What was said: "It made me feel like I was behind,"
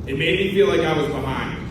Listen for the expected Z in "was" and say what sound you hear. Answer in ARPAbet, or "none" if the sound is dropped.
Z